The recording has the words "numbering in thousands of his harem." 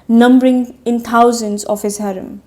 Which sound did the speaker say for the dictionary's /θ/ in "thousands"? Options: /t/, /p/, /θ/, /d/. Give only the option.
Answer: /t/